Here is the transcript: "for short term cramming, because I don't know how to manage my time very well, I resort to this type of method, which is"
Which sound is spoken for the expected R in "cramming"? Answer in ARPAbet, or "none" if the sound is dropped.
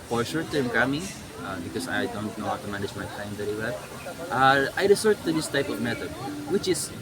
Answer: none